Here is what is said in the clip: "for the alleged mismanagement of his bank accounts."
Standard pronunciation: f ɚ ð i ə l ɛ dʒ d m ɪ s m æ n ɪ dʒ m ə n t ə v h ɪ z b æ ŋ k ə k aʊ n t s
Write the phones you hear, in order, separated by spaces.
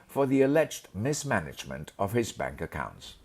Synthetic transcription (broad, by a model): f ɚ ð i ə l ɛ dʒ d m ɪ s m æ n ɪ dʒ m ə n t ə v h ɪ z b æ ŋ k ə k aʊ n t s